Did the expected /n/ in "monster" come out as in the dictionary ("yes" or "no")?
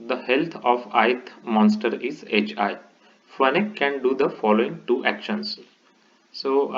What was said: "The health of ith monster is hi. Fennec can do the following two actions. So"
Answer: yes